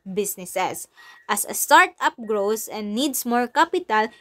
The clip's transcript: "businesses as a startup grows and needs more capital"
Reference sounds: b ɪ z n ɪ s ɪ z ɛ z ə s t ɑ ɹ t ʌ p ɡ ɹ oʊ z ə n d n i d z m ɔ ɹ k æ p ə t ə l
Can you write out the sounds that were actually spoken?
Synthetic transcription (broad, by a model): b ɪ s n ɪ s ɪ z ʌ s ə s t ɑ ɹ t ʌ p ɡ ɹ oʊ s ə n d n i d s m ɔ ɹ k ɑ p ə t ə l